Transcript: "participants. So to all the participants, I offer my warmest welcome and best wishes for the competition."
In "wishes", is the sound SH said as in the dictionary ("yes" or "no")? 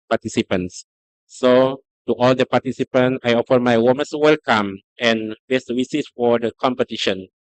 no